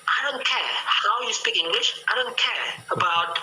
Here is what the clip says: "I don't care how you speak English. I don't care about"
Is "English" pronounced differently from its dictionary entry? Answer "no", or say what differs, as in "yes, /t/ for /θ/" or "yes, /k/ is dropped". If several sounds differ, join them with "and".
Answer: no